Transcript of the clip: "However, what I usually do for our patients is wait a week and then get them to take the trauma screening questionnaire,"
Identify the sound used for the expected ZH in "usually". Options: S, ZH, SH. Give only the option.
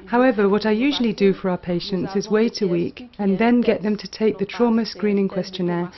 ZH